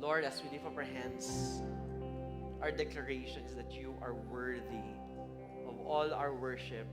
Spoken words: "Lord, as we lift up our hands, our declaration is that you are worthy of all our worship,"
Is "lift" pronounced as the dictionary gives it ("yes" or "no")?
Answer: no